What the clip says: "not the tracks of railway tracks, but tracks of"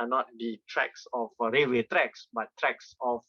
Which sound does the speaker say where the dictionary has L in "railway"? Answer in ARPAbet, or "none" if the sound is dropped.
none